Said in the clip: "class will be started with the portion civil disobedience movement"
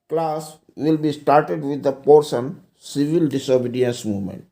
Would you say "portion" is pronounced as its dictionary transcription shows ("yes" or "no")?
no